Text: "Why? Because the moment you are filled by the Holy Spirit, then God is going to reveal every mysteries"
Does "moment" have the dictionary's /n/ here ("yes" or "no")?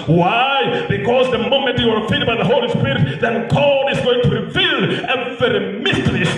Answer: yes